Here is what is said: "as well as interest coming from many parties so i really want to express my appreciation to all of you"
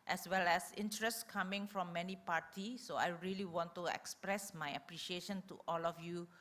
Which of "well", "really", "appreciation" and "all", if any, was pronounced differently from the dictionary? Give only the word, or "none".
none